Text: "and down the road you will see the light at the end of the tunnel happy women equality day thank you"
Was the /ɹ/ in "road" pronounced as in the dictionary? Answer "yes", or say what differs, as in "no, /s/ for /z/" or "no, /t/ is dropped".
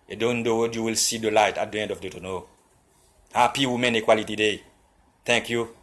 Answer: no, /w/ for /ɹ/